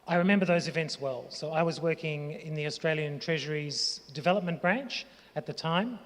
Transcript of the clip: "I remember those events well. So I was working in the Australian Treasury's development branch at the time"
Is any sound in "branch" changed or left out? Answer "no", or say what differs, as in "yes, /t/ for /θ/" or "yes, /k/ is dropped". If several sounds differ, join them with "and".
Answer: no